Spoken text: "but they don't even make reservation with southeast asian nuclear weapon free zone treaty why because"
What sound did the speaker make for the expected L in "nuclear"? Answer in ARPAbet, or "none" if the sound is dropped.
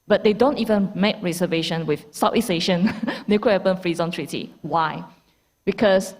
none